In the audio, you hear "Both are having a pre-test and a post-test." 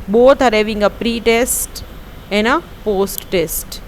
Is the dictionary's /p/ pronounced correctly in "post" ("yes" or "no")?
yes